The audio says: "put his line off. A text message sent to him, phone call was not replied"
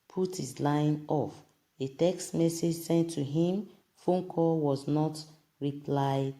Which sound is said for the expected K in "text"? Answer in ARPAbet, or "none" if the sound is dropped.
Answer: K